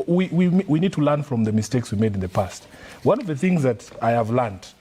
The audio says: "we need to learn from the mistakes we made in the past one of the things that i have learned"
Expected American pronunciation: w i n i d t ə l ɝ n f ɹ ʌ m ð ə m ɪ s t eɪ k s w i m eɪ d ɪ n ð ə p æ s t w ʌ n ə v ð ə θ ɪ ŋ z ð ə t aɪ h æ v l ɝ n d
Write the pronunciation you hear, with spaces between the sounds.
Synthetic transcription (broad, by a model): w i n i d t ə l ɝ n f ɹ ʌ m ð ə m ɪ s t eɪ k s w i m eɪ d ɪ n ð ə p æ s t w ʌ n ə v ð ə θ ɪ ŋ z ð ə t aɪ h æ v l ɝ n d